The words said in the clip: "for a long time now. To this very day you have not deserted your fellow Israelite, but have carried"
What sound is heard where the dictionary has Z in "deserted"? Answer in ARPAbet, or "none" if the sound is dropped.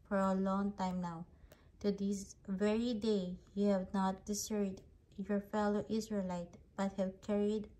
S